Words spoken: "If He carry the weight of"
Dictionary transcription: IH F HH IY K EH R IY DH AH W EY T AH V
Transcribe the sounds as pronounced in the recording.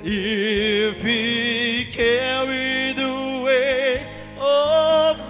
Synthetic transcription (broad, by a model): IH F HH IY K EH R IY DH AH W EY AH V